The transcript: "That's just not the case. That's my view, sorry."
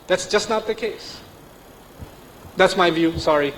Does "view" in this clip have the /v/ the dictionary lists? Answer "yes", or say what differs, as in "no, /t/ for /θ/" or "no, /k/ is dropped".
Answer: yes